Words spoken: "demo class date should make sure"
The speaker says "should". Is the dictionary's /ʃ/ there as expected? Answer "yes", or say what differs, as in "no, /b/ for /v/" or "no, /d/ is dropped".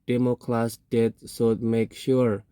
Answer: no, /s/ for /ʃ/